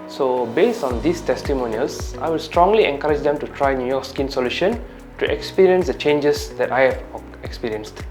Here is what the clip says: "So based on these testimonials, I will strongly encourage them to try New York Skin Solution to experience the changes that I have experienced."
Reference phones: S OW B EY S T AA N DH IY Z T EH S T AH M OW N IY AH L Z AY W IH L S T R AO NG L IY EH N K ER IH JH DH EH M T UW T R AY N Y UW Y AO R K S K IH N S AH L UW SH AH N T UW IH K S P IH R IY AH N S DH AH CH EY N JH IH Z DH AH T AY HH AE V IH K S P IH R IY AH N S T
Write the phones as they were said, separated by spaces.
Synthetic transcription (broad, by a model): S OW B EY S T AA N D IY S T EH S T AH M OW N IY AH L S AY W IH L S T R AO NG L IY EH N K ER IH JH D EH M T UW T R AY N Y UW Y AO K S K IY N S AH L UW SH AH N T UW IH K S P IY R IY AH N S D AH CH EY N JH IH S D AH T AY HH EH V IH K S P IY R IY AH N S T